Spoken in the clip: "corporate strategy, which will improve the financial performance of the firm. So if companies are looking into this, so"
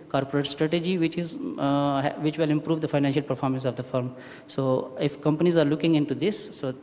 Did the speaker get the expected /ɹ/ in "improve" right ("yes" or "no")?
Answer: yes